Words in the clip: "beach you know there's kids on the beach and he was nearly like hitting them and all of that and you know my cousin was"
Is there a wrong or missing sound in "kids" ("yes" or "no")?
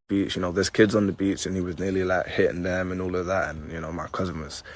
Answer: no